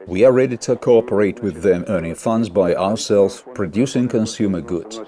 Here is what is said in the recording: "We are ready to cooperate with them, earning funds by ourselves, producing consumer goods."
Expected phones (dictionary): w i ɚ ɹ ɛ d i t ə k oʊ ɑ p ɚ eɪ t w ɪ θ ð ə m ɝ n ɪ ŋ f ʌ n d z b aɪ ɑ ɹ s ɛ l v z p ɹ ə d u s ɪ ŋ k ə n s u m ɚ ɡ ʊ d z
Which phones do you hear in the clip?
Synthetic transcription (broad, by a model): w i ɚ ɹ ɛ d i t ə k oʊ ɑ p ɚ eɪ t w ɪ ð ə m ɝ n ɪ ŋ f ʌ n d z b aɪ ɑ ɹ s ɛ l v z p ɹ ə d u s ɪ ŋ k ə n s u m ɚ ɡ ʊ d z